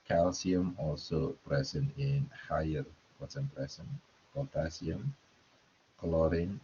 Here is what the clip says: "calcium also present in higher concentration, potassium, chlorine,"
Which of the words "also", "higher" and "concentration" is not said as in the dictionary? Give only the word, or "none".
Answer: concentration